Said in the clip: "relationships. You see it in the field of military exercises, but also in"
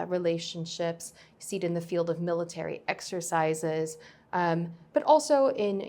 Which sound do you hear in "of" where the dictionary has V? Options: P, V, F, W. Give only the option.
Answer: V